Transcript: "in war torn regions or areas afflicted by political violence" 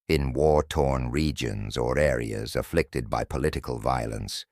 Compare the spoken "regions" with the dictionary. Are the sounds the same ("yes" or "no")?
yes